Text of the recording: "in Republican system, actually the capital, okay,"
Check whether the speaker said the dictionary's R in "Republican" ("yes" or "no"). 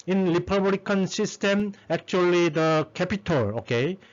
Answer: no